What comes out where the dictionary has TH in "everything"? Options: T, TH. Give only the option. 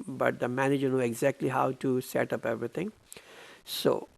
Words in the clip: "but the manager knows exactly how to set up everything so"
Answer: T